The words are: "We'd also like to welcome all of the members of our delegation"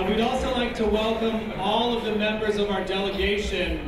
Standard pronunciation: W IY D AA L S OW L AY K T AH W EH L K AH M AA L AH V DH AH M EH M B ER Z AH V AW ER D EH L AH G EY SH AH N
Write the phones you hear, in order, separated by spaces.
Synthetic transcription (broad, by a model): W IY D AA L S OW L AY K T AH W EH L K AH M AA L AH V DH AH M EH M B ER Z AH V AW ER D EH L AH G EY SH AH N